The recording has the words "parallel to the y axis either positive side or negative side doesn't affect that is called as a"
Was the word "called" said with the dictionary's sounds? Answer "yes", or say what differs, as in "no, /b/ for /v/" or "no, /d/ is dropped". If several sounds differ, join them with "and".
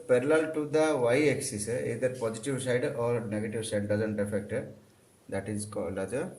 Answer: no, /d/ is dropped